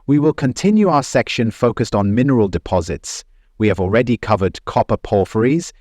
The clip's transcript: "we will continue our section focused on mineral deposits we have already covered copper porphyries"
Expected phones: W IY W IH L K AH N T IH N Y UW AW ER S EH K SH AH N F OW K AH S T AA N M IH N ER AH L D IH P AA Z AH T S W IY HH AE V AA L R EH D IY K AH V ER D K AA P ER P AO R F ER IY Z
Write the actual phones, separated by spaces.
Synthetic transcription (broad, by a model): W IY W IH L K AH N T IH N Y UW AW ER S EH K SH AH N F OW K AH S T N M IH N ER AH L D IH P AA Z AH T S W IY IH V AA L R EH D IY K AH V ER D K AA P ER P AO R F ER IY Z